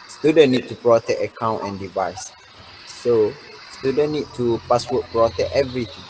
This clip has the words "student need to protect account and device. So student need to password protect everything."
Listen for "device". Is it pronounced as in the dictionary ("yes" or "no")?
yes